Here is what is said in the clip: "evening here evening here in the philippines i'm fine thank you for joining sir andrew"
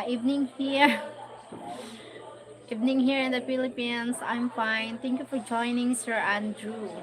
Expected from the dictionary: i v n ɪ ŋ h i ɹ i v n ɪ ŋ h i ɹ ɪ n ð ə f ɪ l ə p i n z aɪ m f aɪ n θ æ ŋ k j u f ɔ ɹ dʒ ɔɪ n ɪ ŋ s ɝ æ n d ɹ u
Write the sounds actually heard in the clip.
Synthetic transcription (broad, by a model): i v n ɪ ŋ h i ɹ i v n ɪ ŋ h i ɹ ɪ n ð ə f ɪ l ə p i n s aɪ m f aɪ n t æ ŋ k j u f ɔ ɹ dʒ ɔɪ n ɪ ŋ s ɝ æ n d ɹ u